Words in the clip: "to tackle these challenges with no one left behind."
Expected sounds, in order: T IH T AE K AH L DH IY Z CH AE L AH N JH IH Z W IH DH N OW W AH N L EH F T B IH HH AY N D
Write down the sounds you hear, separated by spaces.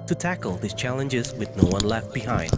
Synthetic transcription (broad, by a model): T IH T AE K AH L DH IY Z CH AE L AH N JH IH Z W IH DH N OW W AH N L EH F T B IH HH AY N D